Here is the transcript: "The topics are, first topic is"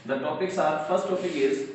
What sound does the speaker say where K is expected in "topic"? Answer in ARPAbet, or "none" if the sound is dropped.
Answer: none